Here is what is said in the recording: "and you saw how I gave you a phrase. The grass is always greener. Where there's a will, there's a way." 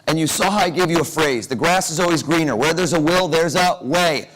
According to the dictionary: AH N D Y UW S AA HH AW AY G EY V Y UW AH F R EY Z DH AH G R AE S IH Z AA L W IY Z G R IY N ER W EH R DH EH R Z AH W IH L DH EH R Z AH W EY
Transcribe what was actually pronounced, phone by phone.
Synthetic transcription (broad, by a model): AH N Y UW S AA HH AW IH G EY V Y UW AH F R EY Z DH AH G R AE S IH Z AA L W IY Z G R IY N ER W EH R DH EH R Z AH W IH L DH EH R Z AH W EY